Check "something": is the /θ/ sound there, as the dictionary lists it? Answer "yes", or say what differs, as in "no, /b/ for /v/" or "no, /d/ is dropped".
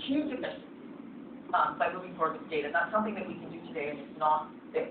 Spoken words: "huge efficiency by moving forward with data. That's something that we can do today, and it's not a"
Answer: yes